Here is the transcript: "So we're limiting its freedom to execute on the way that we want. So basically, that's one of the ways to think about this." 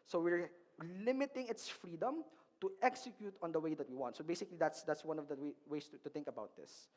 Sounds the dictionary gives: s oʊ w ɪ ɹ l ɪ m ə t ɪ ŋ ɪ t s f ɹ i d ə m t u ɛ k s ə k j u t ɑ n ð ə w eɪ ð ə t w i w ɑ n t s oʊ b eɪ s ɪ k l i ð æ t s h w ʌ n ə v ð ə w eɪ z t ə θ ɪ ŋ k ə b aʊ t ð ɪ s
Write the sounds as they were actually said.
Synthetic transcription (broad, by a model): s oʊ w ɪ ɹ l ɪ m ə t ɪ ŋ ɪ t s f ɹ i d ə m t u ɛ k s ə k j u t ɑ n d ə w eɪ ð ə t w i w ɑ n t s oʊ b eɪ s ɪ k l i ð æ t s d w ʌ n ə v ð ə w eɪ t t ə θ ɪ ŋ k ə b aʊ t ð ɪ s